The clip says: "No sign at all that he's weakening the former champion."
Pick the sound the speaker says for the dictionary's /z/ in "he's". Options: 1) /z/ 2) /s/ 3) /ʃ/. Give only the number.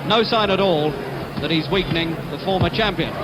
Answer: 1